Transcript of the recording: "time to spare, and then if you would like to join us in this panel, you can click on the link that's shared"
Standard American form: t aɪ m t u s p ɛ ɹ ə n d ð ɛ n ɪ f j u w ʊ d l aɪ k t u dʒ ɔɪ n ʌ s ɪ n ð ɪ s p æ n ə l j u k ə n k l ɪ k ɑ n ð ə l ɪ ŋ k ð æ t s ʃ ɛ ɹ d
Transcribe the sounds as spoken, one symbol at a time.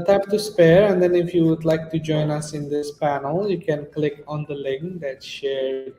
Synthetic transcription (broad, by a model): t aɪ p t u s p ɛ ɹ ə n d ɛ n ɪ f j u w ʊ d l aɪ k t u dʒ ɔɪ n ʌ s ɪ n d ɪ s p æ n ə l j u k ə n k l ɪ k ɑ n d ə l ɪ ŋ k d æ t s ʃ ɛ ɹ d